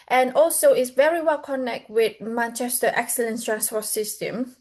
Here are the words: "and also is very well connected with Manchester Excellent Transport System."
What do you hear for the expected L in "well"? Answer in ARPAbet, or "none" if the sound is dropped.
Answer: L